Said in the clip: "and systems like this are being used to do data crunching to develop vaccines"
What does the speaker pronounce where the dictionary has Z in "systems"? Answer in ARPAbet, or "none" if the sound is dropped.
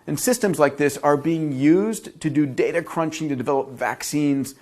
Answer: Z